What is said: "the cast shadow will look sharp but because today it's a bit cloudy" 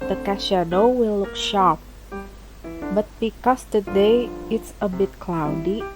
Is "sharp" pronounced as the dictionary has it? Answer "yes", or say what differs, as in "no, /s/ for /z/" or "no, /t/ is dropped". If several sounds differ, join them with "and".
yes